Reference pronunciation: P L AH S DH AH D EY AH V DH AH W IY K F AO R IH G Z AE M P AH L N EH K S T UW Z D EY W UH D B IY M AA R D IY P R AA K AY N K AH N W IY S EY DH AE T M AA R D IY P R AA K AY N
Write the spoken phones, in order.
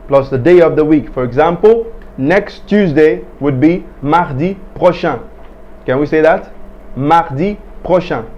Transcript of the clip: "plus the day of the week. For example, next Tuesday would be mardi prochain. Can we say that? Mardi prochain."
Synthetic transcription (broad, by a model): P L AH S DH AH D EY AH V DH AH W IY K F AO R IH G Z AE M P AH L N EH K S T UW Z D EY W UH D B IY M AA R D IY P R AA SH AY K AH N W IY S EY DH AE T M AA R D IY P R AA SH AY